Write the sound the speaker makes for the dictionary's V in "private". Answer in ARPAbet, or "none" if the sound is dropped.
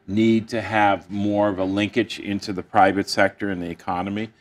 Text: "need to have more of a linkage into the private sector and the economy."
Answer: V